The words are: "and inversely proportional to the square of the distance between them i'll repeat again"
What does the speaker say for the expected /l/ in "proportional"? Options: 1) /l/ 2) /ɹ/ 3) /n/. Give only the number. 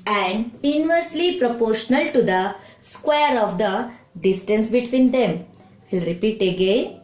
1